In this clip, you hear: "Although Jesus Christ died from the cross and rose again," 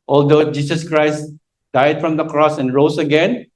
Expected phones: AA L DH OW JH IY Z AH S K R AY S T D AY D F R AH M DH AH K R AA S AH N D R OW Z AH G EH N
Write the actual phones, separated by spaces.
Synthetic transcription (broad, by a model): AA L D OW JH IY S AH S K R AY S T D AY D F R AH M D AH K R AA S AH N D R OW S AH G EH N